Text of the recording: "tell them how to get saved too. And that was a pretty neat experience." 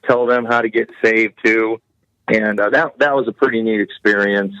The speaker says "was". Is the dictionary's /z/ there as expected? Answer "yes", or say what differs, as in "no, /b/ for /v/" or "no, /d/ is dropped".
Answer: yes